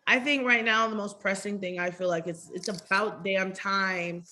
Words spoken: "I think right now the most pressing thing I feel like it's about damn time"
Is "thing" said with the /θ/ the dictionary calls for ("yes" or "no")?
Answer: yes